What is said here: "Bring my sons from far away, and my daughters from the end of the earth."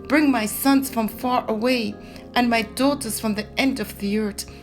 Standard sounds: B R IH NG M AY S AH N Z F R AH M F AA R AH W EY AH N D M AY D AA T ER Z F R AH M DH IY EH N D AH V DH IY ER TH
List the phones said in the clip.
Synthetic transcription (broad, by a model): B R IH NG M AY S AH N Z F R AH M F AA R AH W EY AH N M AY D AA T ER Z F R AH M DH IY EH N D AH V DH IY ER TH